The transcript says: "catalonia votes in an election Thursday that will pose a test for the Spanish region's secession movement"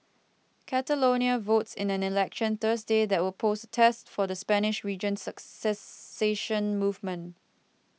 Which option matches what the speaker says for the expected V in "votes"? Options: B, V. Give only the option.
V